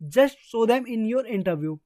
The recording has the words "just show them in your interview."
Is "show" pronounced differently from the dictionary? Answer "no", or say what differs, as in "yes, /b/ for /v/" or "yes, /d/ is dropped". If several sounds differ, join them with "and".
yes, /s/ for /ʃ/